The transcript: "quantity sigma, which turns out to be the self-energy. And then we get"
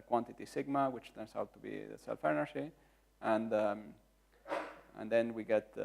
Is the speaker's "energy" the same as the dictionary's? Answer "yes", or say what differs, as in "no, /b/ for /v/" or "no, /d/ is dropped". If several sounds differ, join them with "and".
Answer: no, /ʃ/ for /dʒ/